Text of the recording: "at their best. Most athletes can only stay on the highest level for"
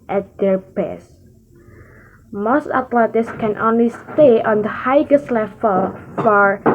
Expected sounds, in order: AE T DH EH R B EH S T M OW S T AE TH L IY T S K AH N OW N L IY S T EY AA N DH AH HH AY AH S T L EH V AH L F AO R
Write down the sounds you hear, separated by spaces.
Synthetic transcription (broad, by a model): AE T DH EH R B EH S M OW S T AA T L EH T S K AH N OW N L IY S T EY AA N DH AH HH AY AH S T L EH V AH L F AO R